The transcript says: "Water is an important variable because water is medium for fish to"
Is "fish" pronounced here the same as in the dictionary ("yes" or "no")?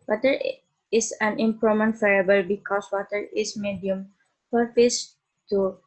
no